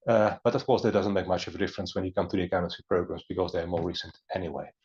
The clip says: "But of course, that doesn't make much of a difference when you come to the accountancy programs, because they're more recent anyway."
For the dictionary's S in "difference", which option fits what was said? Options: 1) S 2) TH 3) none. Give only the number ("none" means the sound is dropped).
1